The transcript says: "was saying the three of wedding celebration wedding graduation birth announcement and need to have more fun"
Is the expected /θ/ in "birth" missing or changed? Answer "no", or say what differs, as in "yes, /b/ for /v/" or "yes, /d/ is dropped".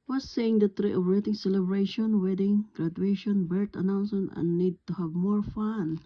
yes, /t/ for /θ/